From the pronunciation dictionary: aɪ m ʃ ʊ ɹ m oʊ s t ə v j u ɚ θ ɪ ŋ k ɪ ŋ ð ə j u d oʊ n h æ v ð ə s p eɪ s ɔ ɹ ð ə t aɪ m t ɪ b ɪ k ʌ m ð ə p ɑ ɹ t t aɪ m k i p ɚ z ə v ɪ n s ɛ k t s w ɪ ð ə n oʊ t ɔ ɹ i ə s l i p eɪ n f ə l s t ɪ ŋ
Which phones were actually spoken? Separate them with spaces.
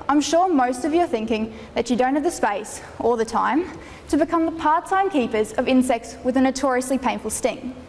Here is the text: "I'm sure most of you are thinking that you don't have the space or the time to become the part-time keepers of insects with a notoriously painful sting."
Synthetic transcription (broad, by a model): aɪ m ʃ ʊ ɹ m oʊ s t ə v j ɚ θ ɪ ŋ k ɪ ŋ ð ə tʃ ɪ d oʊ n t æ v ð ə s p eɪ s ɔ l ð ə t aɪ m t ɪ b ɪ k ʌ m ð ə p ɑ ɹ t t aɪ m k i p ɚ z ə v ɪ n s ɛ k t s w ɪ ð ə n oʊ t ɔ ɹ i ə s l i p eɪ n f ə l s t ɪ ŋ